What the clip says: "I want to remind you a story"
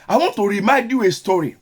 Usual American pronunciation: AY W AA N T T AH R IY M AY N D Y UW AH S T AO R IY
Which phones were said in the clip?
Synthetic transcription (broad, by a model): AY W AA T T AH R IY M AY D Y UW AH S T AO R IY